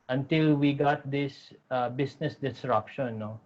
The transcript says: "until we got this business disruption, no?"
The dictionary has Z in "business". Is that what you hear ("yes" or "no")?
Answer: no